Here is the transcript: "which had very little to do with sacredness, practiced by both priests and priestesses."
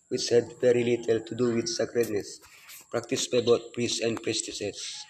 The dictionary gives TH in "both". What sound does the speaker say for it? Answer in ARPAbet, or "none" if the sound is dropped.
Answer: T